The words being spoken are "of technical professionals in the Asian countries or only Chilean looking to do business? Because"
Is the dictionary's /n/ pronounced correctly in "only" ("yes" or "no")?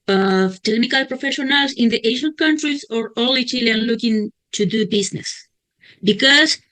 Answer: no